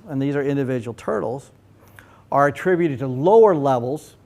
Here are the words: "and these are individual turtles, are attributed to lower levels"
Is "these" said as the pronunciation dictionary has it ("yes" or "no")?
yes